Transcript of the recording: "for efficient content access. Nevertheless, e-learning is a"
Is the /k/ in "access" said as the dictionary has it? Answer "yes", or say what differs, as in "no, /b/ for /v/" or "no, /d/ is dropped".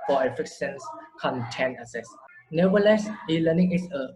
no, /k/ is dropped